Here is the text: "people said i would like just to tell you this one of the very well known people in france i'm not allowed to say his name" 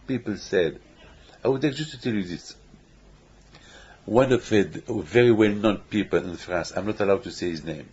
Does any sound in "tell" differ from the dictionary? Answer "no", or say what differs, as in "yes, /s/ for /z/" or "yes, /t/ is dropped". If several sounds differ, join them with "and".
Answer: no